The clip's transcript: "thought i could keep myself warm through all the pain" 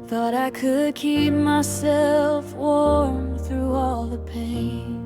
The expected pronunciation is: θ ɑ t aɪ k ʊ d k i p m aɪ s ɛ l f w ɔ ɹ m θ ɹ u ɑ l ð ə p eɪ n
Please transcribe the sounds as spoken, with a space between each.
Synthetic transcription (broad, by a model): θ ɑ t aɪ k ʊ d k i p m aɪ s ɛ l f w ɔ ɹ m θ ɹ u ɑ l ð ə p eɪ n